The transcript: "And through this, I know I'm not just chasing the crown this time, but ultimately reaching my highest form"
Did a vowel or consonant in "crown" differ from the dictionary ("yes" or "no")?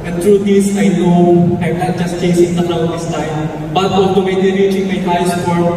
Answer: yes